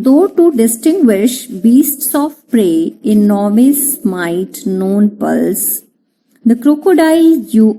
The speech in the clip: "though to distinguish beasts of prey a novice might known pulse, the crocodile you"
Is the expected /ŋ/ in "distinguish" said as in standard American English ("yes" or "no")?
yes